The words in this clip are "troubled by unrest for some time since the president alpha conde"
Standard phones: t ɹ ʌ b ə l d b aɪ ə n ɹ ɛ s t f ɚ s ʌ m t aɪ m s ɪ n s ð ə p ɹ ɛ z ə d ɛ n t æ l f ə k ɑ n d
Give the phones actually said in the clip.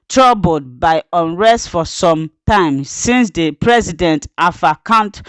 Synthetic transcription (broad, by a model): t ɹ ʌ b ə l d b aɪ ə n ɹ ɛ s t f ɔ s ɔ m t aɪ m s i n s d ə p ɹ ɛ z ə d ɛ n t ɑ f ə k ɑ n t